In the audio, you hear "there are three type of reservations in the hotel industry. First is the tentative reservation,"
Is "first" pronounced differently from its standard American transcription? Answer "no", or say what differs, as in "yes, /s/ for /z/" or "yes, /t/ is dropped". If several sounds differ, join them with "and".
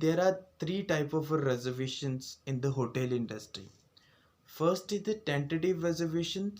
no